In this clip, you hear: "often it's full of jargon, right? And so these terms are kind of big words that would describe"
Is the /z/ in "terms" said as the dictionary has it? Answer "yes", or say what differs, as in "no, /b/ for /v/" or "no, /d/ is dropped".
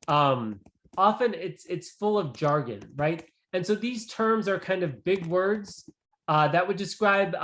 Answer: yes